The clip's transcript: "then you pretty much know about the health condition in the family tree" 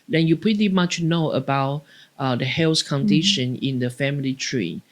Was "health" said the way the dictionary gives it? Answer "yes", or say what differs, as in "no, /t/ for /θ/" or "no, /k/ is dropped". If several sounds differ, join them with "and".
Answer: no, /s/ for /θ/